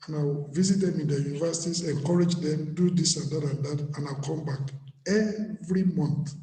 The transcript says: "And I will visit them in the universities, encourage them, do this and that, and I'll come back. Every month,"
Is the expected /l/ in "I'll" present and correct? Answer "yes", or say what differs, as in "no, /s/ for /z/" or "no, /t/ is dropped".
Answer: no, /n/ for /l/